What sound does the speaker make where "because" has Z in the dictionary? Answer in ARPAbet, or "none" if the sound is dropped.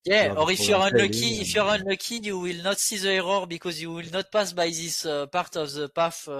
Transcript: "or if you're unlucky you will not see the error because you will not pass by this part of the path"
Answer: Z